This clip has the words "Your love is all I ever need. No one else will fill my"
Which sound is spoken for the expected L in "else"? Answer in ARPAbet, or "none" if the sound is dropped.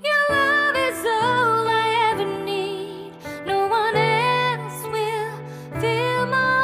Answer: N